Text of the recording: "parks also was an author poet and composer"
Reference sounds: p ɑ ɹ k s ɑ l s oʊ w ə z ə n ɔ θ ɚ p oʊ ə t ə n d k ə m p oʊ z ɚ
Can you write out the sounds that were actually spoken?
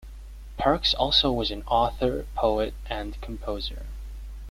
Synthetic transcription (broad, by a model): p ɑ ɹ k s ɑ l s oʊ w ə z ə n ɔ θ ɚ p oʊ ə t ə n k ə m p oʊ z ɚ